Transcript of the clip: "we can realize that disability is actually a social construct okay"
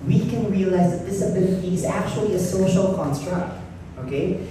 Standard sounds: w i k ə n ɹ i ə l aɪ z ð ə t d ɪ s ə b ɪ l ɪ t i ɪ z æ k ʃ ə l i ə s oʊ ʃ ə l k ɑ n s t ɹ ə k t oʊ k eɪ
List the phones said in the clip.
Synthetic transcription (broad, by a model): w i k ə n ɹ i ə l aɪ z ð ə t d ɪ s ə b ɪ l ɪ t i ɪ z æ k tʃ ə l i ə s oʊ ʃ ə l k ɑ n s t ɹ ə k t oʊ k eɪ